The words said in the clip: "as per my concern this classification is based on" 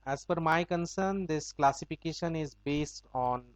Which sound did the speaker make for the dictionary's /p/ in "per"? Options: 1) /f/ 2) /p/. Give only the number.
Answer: 1